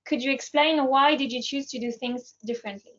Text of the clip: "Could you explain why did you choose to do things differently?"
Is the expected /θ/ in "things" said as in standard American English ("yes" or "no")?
yes